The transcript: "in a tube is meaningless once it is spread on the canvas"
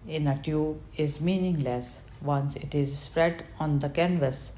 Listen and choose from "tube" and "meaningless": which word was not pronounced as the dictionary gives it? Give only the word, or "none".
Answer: tube